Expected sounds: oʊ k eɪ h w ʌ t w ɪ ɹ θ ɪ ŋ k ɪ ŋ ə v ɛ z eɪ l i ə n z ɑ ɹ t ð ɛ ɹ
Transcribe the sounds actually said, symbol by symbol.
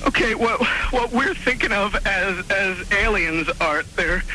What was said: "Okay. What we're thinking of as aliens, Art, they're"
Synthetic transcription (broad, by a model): oʊ k eɪ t w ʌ t w ɪ ɹ θ ɪ ŋ k ɪ ŋ ə v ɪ z eɪ l i ə n z ɑ ɹ t ð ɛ ɹ